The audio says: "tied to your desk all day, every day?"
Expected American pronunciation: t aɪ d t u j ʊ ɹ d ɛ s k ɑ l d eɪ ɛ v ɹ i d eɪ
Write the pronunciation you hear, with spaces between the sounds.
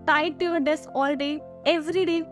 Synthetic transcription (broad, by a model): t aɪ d t u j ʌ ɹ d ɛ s ɑ l d eɪ ɛ v ɹ i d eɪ